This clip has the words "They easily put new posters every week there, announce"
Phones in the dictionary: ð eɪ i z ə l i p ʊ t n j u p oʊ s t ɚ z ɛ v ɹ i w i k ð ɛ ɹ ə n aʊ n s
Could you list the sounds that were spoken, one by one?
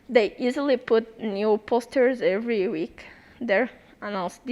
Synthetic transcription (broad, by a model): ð eɪ i z ə l i p ʊ t n j u p oʊ s t ɚ z ɛ v ɹ i w i k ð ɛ ɹ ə n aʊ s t